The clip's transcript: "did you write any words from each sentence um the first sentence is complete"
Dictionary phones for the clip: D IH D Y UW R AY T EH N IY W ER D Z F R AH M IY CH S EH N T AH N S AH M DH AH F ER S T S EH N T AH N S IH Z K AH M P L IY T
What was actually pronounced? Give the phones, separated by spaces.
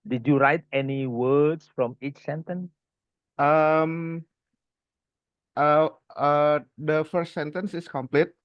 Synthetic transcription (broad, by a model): D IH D Y UW R AY T EH N IY W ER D S F R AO M IY CH S EH N T AH N S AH M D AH F ER S T S EH N T AH N S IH S K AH M P L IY T